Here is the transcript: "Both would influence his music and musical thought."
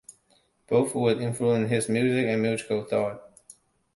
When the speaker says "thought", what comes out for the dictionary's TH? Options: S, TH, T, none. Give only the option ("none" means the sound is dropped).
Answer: TH